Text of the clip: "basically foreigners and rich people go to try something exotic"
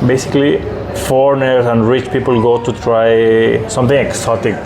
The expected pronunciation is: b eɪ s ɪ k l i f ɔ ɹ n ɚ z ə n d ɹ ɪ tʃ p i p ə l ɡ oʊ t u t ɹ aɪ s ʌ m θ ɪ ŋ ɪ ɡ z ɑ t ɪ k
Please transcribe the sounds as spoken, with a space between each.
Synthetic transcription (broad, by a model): b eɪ s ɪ k l i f ɔ ɹ n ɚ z ə n d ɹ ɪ tʃ p i p ə l ɡ oʊ t u t ɹ aɪ s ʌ m t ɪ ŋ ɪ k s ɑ t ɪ k